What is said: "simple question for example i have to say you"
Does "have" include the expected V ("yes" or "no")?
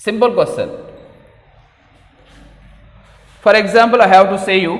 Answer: no